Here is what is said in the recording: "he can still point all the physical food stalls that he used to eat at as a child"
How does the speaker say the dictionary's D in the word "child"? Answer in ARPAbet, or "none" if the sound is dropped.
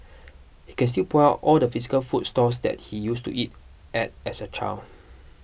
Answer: none